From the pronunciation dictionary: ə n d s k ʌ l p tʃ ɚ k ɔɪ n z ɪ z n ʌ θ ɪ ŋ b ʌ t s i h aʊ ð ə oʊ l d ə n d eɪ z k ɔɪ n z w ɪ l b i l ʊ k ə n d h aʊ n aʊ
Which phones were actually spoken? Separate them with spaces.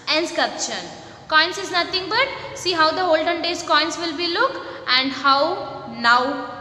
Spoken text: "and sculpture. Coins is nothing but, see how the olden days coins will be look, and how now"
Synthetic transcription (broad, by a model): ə n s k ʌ p ʃ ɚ k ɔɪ n s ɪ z n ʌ t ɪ ŋ b ʌ t s i h aʊ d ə oʊ l d ə n d eɪ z k ɔɪ n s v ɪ l b i l ʊ k ə n d h aʊ n aʊ